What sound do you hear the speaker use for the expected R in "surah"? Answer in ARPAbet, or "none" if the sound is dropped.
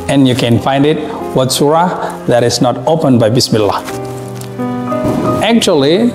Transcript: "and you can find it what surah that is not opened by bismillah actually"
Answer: R